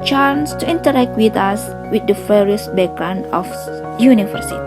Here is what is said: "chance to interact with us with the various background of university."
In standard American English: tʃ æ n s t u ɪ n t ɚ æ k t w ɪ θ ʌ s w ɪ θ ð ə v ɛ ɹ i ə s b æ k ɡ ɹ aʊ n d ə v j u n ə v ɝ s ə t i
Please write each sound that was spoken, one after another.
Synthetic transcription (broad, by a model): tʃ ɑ n s t u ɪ n t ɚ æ k t w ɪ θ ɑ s w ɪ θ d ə f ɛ ɹ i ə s b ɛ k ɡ ɹ aʊ n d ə f j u n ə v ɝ s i